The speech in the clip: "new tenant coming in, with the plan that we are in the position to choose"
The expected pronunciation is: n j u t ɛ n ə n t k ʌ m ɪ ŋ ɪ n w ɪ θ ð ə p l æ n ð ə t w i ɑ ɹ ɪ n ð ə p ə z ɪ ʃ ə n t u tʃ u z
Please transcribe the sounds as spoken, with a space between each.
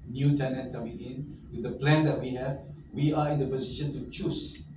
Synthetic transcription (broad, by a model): n j u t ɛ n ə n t k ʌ m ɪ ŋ ɪ n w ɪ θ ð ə p l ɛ n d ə t w i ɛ w ɪ n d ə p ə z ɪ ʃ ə n t u tʃ u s